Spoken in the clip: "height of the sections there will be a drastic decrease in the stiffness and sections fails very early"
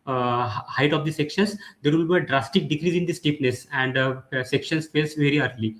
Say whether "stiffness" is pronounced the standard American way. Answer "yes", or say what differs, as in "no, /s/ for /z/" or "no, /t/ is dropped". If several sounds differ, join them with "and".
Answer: no, /p/ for /f/